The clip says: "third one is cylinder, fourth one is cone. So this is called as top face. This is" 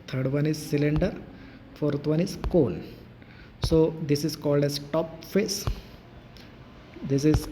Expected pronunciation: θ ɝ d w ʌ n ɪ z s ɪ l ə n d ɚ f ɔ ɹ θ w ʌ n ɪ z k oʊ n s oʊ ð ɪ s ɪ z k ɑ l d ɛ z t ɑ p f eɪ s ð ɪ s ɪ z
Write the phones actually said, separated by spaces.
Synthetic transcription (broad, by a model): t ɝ d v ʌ n ɪ z s ɪ l ə n d ɚ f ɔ ɹ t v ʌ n ɪ z k oʊ l s oʊ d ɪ s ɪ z k ɑ l d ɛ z t ɑ p f eɪ s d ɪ s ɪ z